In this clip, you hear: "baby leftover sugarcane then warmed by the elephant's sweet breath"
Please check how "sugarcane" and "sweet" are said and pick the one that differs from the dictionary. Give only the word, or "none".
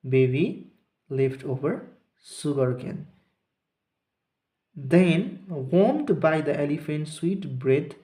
sugarcane